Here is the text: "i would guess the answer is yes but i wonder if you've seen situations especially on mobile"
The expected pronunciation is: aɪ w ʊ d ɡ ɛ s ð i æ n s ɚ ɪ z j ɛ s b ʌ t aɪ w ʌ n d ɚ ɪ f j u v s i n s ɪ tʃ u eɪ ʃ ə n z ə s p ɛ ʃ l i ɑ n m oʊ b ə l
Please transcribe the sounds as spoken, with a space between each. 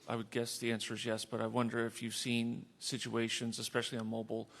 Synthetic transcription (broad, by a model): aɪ w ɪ d ɡ ɛ s ð i æ n s ɚ z j ɛ s b ʌ t aɪ w ʌ n d ɚ ɪ f j u v s i n s ɪ tʃ u eɪ ʃ ə n z ə s p ɛ ʃ l i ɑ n m oʊ b l